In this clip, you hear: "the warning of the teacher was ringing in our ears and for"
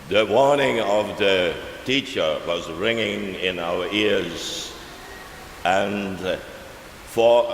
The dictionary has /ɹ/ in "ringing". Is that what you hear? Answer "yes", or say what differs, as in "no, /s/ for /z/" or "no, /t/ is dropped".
yes